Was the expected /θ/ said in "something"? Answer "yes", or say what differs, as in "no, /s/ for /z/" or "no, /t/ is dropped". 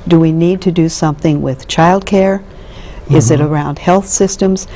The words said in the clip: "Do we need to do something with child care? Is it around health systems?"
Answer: yes